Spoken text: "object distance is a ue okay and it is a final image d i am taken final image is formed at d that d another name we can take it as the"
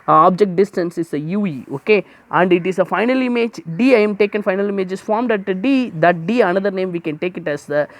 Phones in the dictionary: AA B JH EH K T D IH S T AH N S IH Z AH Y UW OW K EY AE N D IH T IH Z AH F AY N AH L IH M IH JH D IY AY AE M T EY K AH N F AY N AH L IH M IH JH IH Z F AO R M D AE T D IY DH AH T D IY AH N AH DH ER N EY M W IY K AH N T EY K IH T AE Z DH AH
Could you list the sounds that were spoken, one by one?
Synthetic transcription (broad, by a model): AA B JH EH K T D IH S T AH N S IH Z AH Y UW OW K EY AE N D IH T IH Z AH F AY N AH L IH M IH JH D IY AY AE M T EY K AH N F AY N AH L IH M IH JH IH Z F AO R M D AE T D IY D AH T D IY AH N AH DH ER N EY M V IY K AH N T EY K IH T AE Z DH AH